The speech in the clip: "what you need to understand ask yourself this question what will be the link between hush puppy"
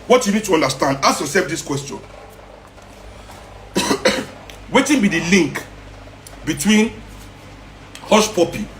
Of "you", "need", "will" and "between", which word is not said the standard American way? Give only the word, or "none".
will